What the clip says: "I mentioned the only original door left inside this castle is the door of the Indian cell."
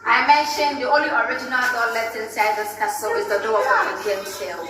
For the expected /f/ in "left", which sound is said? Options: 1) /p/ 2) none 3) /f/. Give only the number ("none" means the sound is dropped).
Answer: 2